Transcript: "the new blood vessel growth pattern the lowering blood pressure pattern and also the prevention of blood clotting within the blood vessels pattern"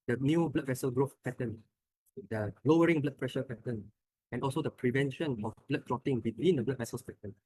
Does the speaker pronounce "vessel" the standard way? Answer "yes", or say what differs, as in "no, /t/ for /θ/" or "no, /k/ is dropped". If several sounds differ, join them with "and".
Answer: yes